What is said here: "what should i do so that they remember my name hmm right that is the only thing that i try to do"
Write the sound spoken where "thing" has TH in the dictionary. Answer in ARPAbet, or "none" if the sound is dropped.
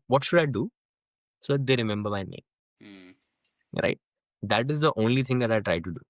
T